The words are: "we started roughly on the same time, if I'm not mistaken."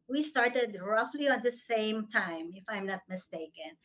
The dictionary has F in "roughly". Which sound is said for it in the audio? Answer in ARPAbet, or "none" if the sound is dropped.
F